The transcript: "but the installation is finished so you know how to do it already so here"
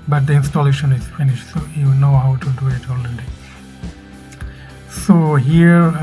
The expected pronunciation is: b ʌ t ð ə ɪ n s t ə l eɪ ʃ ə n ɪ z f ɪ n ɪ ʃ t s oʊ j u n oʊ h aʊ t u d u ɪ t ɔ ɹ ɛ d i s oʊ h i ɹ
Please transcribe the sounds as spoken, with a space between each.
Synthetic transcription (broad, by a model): b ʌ t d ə ɪ n s t ə l eɪ ʃ ə n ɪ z f ɪ n ɪ ʃ t s oʊ j u n oʊ h aʊ t u d u ɪ t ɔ l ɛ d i s oʊ h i ɹ